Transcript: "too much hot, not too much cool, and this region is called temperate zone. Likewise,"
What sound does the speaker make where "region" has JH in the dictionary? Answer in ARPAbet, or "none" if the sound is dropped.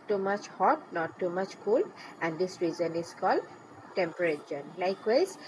Z